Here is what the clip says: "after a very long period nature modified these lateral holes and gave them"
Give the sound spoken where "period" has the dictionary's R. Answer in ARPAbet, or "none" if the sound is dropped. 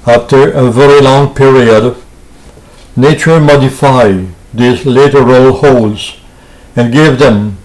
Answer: R